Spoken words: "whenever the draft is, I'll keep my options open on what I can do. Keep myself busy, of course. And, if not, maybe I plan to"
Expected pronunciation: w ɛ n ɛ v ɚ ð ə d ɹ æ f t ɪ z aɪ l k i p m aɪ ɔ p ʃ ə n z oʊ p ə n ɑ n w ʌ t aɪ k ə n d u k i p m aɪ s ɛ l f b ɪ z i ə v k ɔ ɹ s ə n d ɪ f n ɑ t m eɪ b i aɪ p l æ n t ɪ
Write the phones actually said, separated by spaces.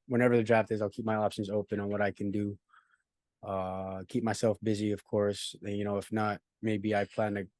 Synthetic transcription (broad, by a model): w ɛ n ɛ v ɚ ð ə d ɹ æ f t ɪ z aɪ l k i p m aɪ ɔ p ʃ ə n z oʊ p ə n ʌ n w ʌ t aɪ k ə n d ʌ k i p m aɪ s ɛ l f b ɪ z i ə v k ɔ ɹ s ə n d ɪ f n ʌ t m eɪ b i aɪ p l æ n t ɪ